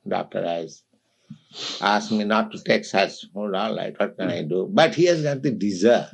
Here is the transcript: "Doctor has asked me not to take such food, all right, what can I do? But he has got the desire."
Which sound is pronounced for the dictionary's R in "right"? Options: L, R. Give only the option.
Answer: L